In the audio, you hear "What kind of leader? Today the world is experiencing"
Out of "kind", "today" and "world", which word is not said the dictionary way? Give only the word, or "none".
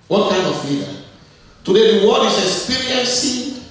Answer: world